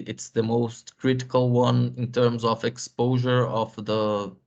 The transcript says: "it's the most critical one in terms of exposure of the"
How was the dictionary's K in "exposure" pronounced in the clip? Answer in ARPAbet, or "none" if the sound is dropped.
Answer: K